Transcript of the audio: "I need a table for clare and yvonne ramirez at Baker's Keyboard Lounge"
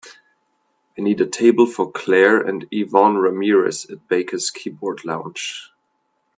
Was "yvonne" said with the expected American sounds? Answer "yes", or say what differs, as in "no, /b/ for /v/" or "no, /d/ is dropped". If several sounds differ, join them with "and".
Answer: yes